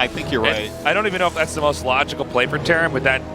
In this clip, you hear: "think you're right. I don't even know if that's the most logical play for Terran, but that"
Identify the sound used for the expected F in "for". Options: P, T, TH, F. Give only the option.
P